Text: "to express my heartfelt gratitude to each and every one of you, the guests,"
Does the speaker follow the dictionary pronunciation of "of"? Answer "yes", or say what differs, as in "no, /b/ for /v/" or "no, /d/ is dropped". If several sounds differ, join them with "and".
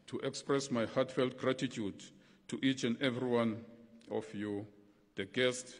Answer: no, /f/ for /v/